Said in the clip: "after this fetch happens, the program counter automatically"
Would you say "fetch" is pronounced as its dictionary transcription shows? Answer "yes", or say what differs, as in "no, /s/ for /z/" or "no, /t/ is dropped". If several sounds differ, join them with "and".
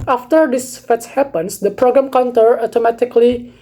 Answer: no, /s/ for /tʃ/